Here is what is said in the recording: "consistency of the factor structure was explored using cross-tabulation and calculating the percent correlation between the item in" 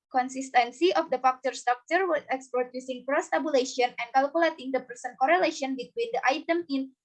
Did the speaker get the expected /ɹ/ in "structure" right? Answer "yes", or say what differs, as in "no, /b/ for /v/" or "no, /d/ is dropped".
no, /ɹ/ is dropped